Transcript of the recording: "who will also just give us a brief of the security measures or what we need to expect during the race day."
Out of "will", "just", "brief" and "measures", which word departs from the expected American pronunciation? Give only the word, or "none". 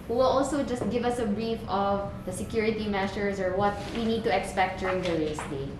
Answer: measures